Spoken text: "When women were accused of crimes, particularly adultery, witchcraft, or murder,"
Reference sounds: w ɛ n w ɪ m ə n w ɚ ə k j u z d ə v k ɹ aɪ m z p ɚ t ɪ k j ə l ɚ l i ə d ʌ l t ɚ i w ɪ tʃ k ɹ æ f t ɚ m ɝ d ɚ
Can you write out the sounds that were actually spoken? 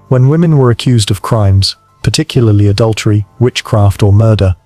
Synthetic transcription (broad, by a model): w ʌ n w ɪ m ə n w ɚ ə k j u z d ə v k ɹ aɪ m z p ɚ t ɪ k j l ɚ l i ə d ʌ l t ɚ i w ɪ tʃ k ɹ æ f t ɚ m ɝ d ɚ